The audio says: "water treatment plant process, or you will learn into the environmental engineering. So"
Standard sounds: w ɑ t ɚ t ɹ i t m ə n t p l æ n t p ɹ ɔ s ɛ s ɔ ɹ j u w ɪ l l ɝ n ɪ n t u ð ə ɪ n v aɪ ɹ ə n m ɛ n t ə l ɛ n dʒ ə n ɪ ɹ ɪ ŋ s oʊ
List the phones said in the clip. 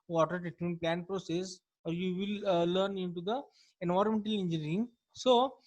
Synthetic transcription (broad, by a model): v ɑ t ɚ t i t ə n p l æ n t p ɹ ɔ s ɛ s ɔ ɹ j u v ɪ l l ɝ n ɪ n t u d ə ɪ n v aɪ ɹ m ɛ n t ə l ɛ n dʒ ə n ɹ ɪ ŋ s oʊ